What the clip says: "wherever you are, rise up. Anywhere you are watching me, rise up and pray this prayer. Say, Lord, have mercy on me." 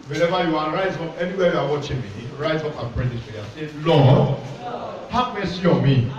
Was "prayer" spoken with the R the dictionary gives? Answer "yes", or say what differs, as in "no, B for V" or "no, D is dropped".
no, L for R